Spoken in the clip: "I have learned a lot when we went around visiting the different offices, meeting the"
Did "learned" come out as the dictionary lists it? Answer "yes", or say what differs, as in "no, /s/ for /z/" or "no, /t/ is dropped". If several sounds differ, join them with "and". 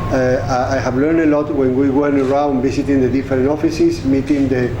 yes